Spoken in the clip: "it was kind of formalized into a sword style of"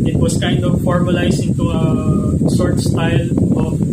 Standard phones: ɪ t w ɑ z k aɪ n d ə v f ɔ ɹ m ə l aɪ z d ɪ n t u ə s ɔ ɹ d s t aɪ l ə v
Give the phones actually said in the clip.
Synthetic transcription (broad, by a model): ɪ t w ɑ s k aɪ n d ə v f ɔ ɹ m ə l aɪ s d ɪ n t u ə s ɔ ɹ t s t aɪ l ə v